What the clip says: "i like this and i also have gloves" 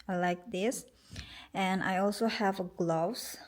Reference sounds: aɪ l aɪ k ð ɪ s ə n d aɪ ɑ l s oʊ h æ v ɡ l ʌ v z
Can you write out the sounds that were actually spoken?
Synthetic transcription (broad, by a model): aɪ l aɪ k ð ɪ s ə n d aɪ ɑ l s oʊ h æ v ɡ l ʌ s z